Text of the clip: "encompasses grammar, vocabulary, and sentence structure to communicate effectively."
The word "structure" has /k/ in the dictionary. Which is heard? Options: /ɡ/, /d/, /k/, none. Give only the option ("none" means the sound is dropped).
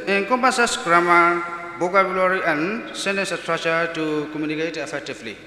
none